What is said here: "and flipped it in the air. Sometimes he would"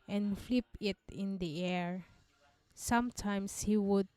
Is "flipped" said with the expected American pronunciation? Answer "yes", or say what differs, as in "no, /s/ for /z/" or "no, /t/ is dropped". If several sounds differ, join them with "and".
no, /t/ is dropped